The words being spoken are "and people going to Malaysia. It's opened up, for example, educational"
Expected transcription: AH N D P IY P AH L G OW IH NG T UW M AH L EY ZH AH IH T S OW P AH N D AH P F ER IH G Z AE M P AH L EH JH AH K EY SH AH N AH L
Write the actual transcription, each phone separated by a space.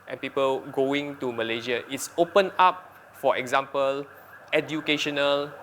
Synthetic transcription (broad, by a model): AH N P IY P AH L G OW IH NG T UW M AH L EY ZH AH IH T S OW P AH N AA P F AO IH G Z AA M P AH L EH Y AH K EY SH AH N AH L